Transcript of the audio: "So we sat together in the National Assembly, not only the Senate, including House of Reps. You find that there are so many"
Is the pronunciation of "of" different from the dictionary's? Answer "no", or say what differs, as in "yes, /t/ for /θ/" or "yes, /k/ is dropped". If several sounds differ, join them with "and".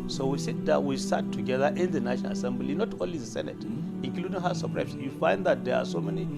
yes, /p/ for /v/